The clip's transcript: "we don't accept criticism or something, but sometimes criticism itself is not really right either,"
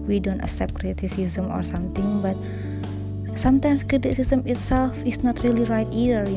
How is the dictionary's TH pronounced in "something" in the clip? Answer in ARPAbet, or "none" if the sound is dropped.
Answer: T